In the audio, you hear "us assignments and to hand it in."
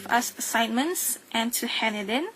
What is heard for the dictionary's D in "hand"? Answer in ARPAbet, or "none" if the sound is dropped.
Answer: none